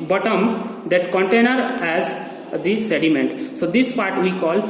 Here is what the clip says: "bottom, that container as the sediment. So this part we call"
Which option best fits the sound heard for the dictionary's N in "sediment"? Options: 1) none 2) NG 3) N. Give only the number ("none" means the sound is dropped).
3